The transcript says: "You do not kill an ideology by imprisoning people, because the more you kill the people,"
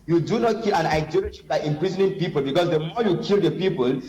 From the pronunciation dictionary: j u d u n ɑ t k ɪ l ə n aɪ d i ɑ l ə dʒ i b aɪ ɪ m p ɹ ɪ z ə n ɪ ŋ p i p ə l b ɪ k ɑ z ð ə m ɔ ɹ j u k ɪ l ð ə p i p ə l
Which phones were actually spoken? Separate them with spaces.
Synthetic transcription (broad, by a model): j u d u n ɑ t k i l ə n aɪ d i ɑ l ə ʃ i b aɪ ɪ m p ɹ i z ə n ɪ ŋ p i p ə l b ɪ k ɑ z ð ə m ɔ j u k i l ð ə p i p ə l